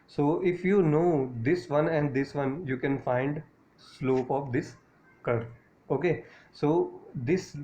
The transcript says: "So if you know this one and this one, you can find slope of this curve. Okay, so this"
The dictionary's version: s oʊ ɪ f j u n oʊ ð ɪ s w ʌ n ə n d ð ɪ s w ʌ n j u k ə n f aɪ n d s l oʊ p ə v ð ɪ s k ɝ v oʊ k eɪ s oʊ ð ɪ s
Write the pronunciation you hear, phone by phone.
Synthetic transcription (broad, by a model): s oʊ ɪ f j u n oʊ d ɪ s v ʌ n ə n d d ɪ s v ʌ n j u k ə n f aɪ n d s l oʊ p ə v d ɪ s k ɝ oʊ k eɪ s oʊ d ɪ s